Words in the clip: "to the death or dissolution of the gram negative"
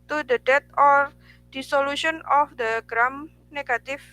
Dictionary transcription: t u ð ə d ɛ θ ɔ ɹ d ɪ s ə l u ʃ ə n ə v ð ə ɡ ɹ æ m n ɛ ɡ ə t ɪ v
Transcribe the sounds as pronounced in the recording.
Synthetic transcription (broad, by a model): t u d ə d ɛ t ɔ ɹ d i s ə l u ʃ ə n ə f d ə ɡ ɹ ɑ m n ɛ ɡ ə t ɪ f